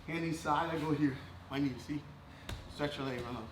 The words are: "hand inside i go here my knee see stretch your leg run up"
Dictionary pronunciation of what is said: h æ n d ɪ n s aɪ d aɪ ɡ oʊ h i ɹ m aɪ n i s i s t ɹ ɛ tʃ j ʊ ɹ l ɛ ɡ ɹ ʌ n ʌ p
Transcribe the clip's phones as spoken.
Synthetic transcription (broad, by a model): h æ n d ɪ s aɪ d aɪ ɡ oʊ h i ɹ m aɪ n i s i s t ɹ ɛ tʃ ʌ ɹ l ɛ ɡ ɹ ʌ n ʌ